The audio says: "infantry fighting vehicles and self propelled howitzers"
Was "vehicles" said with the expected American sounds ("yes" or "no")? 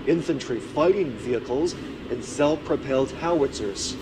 yes